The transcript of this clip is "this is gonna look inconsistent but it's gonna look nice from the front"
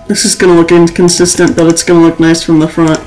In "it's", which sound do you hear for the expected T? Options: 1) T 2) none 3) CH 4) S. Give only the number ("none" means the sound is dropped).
1